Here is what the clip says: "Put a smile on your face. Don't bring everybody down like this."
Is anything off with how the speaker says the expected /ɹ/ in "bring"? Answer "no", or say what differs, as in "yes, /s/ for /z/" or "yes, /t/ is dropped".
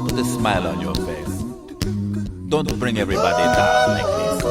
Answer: no